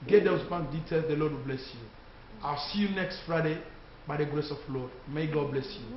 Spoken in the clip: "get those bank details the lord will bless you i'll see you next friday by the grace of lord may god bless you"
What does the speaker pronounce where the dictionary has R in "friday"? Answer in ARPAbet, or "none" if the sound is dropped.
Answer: R